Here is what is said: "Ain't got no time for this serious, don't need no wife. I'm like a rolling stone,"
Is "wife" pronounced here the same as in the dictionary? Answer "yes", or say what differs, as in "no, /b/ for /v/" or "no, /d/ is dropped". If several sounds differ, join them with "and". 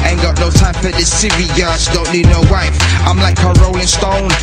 no, /f/ is dropped